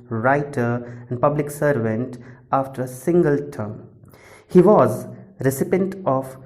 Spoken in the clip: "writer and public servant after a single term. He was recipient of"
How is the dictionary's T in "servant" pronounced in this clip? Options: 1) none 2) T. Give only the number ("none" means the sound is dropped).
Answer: 2